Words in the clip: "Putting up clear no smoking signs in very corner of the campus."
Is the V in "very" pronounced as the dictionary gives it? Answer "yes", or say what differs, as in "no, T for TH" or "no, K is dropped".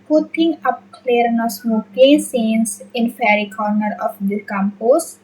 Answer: no, F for V